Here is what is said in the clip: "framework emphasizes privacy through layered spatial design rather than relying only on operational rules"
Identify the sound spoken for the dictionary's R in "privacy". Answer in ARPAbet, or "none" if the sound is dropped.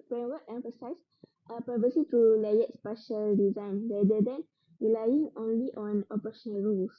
none